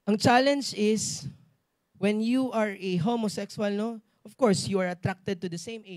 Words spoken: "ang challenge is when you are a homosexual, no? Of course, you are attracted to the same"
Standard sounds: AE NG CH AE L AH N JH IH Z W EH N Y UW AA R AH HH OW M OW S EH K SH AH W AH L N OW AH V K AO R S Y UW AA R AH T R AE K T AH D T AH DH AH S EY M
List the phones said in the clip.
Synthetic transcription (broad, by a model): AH NG CH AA L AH N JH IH S W EH N Y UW AA R AH HH OW M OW S EH K S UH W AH L N OW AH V K AO R S Y UW AA R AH T R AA K T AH D T AH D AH S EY M